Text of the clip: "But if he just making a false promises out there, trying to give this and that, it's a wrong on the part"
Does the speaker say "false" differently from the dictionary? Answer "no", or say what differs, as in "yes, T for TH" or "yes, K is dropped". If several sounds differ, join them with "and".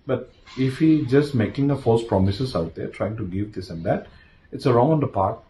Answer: yes, L is dropped